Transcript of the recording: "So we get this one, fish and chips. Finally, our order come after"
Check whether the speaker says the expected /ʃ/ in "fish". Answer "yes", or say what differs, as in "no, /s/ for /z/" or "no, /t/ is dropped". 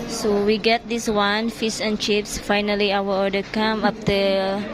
no, /s/ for /ʃ/